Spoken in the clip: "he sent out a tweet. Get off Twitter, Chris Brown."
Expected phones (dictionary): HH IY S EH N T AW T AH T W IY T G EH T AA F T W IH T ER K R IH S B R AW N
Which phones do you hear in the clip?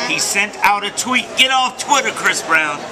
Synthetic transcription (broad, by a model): HH IY S EH N T AW T AH T W IY T G EH T AA F T W IH T ER K R IH S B R AW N